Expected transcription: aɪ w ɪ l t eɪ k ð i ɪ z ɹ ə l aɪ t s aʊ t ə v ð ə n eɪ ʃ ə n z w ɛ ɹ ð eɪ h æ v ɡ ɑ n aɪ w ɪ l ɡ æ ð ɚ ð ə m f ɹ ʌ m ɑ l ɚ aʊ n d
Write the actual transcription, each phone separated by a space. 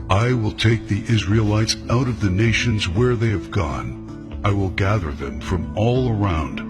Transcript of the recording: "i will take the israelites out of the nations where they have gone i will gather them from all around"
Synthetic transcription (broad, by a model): aɪ w ɪ l t eɪ k ð i ɪ z ɹ ə l aɪ t s aʊ t ə v ð ə n eɪ ʃ ə n z w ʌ ɹ ð eɪ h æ v ɡ ɑ n aɪ w ɪ l ɡ æ ð ɚ ð ə m f ɹ ʌ m ɑ l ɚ aʊ n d